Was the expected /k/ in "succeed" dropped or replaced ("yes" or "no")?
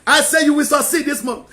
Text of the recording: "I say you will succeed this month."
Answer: yes